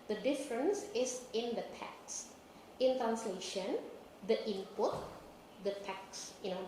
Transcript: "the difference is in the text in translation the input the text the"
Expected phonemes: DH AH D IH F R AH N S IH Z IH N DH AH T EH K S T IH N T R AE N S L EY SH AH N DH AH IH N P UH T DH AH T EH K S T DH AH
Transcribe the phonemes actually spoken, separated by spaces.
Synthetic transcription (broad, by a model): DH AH D IH F R AH N S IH S IH N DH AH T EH K S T IH N T R AE N S L EY SH AH N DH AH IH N P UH T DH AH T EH K S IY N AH